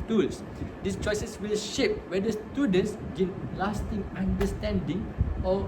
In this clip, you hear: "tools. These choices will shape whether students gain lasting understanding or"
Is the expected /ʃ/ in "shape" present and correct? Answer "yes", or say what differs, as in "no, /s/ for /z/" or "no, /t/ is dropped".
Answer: yes